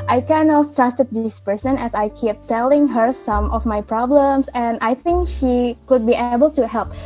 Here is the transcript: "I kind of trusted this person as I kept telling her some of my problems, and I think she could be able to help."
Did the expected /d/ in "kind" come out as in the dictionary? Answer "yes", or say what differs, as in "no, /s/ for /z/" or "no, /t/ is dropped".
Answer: no, /d/ is dropped